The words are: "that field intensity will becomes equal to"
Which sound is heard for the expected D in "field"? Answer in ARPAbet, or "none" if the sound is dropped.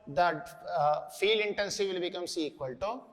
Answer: none